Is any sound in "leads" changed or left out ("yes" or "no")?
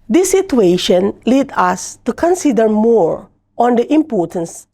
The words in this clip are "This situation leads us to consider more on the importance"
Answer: yes